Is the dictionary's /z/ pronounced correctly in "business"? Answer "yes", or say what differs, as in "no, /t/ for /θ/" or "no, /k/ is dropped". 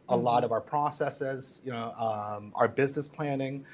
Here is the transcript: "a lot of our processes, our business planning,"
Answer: yes